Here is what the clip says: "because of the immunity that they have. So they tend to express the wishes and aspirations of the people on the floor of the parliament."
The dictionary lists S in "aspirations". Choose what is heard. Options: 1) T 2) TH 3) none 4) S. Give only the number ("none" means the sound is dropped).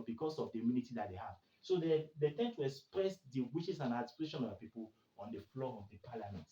3